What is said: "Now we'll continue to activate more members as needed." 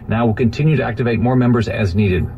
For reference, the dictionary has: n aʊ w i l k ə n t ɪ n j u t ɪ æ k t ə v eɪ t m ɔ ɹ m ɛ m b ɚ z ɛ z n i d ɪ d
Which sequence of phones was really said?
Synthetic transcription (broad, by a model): n aʊ w i l k ə n t ɪ n j u t ɪ æ k t ə v eɪ t m ɔ ɹ m ɛ m b ɚ z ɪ z n i d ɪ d